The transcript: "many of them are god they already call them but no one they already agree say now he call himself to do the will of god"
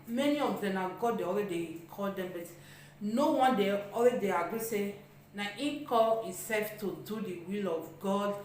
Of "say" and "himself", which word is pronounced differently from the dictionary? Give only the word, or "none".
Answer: himself